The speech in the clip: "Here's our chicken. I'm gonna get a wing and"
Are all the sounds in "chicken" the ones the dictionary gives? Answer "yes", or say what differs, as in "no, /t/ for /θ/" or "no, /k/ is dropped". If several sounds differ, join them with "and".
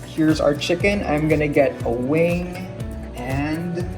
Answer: yes